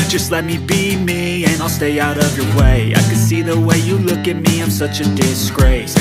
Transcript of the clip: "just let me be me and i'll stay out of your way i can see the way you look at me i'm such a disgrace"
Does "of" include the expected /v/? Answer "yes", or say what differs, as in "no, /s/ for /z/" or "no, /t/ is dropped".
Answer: yes